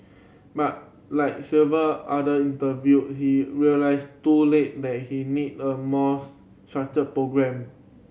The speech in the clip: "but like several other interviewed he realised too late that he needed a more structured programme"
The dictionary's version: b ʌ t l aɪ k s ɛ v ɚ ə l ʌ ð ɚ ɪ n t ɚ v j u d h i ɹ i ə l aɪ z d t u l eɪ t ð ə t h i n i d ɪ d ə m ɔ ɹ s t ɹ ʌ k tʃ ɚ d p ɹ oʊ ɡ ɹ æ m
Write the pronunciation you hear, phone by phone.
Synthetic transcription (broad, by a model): b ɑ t l aɪ k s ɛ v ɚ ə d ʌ i n t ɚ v j u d h i ɹ i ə l aɪ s t u l eɪ t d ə t h i n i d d ə m ɔ s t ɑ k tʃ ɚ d p ɹ oʊ ɡ ɹ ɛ m